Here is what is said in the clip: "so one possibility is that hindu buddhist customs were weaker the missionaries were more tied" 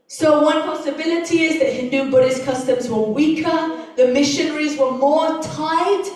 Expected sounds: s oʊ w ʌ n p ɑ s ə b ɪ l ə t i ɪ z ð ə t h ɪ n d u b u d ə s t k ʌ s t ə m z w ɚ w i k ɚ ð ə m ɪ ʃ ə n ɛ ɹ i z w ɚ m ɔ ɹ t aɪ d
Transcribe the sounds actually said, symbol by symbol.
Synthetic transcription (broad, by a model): s oʊ w ʌ n p ɑ s ə b ɪ l ə t i ɪ z ð ə t h ɪ n d u b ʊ d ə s k ʌ s t ə m z w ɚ w i k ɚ ð ə m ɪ ʃ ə n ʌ ɹ i z w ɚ m ɔ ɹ t aɪ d